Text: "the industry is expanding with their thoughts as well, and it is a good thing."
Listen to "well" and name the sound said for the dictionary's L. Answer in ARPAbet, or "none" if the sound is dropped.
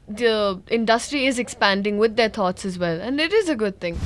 L